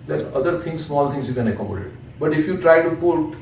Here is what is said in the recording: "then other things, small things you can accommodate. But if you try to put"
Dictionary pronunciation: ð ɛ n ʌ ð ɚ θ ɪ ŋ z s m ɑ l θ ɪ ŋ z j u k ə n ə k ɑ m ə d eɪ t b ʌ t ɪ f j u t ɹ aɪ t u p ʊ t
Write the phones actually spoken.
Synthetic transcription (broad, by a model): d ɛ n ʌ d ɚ t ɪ ŋ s s m ɑ l t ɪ ŋ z j u k ə n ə k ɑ m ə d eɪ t b ʌ t ɪ f j u t ɹ aɪ t u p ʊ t